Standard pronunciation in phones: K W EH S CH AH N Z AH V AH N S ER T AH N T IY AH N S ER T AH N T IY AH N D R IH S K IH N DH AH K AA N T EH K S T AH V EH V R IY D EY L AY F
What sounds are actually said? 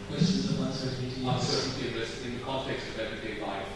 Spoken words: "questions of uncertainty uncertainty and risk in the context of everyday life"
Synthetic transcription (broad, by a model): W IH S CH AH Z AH W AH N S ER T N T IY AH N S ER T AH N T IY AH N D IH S IH N DH AH K AA N T EH K S T AH V EH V R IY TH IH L AY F